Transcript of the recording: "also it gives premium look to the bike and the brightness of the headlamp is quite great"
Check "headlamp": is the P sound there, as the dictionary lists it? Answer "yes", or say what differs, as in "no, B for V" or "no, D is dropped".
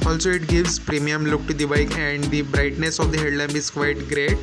no, B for P